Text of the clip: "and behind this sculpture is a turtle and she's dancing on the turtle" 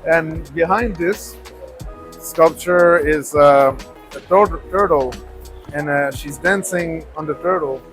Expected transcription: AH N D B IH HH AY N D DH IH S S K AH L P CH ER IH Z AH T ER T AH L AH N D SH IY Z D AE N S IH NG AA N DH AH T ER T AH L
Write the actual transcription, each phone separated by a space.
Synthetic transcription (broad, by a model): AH N B IH HH AY N D DH IH S S K AH L P CH ER IH Z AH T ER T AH L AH N SH IY Z D AE N S IH NG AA N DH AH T ER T L